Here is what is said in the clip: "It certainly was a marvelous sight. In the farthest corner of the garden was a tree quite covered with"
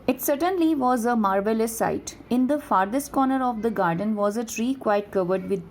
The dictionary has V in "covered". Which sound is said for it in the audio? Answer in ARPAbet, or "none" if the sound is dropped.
V